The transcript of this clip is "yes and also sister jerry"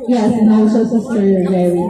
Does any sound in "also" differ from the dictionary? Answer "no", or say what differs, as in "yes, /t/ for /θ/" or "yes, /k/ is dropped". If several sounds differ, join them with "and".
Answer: yes, /l/ is dropped